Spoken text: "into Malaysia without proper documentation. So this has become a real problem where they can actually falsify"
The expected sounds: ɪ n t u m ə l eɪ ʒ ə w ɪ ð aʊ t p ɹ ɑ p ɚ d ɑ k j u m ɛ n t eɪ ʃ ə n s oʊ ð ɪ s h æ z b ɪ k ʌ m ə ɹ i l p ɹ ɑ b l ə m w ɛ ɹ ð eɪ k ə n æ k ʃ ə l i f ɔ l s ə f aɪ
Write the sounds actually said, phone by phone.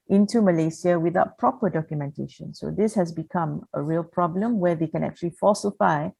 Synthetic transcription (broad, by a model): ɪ n t u m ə l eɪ s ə w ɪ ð aʊ t p ɹ ɑ p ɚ d ɑ k j u m ɛ n t eɪ ʃ ə n s oʊ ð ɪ s h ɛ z b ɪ k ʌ m ə ɹ i l p ɹ ɑ b l ə m w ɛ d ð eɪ k ə n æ k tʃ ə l i f ɔ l s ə f aɪ